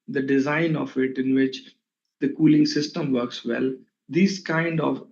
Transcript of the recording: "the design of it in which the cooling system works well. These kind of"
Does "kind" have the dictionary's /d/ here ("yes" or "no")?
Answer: yes